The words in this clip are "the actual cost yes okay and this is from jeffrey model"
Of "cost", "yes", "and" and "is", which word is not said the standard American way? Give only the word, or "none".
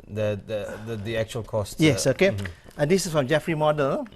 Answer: is